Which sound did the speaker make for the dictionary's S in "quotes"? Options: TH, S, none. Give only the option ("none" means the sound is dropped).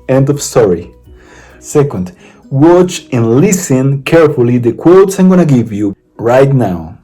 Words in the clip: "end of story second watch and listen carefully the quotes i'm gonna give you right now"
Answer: S